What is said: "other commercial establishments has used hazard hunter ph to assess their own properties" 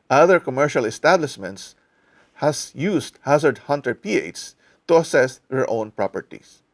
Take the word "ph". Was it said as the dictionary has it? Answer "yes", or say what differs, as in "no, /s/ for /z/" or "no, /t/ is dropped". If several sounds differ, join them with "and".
no, /s/ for /tʃ/